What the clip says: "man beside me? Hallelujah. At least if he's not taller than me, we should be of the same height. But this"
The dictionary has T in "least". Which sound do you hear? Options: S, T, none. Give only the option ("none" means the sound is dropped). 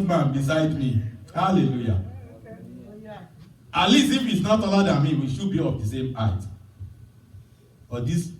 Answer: none